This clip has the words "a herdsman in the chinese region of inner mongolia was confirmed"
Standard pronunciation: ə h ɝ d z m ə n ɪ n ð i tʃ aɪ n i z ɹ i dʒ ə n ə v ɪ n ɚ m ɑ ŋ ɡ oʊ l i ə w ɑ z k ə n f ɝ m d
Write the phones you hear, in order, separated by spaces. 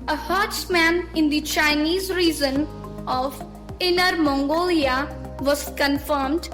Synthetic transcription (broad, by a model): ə h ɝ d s m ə n ɪ n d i tʃ aɪ n i z ɹ i z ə n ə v ɪ n ɚ m ɑ ŋ ɡ oʊ l i ə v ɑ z k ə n f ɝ m d